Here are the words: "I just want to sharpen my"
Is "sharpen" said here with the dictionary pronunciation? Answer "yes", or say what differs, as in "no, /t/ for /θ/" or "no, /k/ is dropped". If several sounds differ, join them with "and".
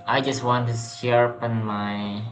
no, /s/ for /ʃ/